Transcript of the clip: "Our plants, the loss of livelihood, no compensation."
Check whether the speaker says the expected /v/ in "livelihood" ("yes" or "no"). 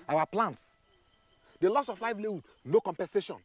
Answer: no